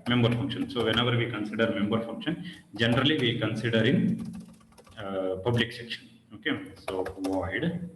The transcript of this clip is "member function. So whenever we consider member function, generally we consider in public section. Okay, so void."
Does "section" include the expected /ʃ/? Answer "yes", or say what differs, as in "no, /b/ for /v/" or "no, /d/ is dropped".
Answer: yes